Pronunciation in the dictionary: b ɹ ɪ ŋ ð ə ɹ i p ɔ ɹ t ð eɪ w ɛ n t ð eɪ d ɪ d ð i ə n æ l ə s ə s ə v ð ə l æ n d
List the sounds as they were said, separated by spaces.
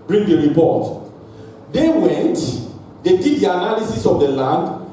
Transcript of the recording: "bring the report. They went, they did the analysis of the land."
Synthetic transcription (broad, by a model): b ɹ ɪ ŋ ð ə ɹ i p ɔ t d eɪ w ɛ n t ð eɪ d ɪ d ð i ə n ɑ l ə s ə s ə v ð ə l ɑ n d